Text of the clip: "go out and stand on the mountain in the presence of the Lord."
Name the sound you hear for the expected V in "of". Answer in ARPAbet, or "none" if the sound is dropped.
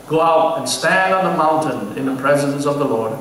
V